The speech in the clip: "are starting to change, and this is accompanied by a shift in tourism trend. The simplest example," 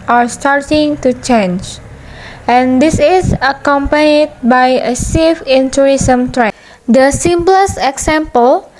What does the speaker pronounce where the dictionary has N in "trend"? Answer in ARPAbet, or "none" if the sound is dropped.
none